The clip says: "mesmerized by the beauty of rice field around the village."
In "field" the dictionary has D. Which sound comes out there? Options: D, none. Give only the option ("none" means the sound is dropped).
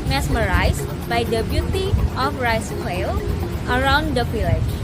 none